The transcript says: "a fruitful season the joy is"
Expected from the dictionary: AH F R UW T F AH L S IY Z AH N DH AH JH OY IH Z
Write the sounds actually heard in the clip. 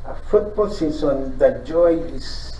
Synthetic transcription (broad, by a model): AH F UW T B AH L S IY S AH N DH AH JH OY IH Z